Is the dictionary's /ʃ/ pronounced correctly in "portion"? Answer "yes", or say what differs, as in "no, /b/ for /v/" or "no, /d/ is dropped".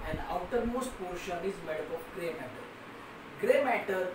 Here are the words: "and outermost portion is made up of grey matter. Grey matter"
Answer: yes